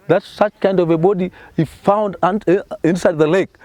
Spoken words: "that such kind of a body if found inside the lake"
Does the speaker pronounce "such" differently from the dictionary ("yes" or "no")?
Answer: no